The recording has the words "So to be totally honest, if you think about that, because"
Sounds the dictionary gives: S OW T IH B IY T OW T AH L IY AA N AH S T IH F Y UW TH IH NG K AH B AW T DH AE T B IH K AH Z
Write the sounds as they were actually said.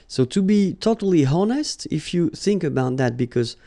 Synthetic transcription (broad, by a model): S OW T IH B IY T OW T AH L IY AA N AH S T IH F Y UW TH IH NG K AH B AW T DH AE T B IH K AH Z